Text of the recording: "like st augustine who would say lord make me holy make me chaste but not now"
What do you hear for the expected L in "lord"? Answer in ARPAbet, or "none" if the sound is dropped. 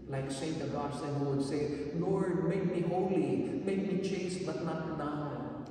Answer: N